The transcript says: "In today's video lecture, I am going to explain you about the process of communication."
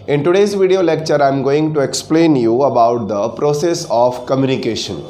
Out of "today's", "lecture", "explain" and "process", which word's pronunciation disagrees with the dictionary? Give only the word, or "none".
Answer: none